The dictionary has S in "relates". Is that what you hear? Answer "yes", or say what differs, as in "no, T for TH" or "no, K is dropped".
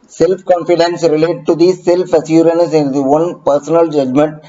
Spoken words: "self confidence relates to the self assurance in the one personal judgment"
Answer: no, S is dropped